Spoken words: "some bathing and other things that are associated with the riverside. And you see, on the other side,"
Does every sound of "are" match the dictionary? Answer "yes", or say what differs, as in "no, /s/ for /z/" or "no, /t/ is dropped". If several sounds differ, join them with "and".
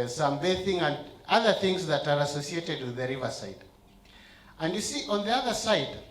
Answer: yes